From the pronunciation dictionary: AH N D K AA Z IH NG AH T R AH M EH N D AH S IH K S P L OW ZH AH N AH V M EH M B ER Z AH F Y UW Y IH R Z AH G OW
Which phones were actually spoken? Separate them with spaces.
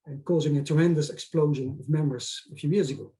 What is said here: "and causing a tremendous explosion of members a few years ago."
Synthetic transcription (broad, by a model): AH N K AA Z IH NG AH T R AH M EH N D AH S IH K S P L OW ZH AH N AH V M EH M ER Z AH F Y UW Y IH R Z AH G OW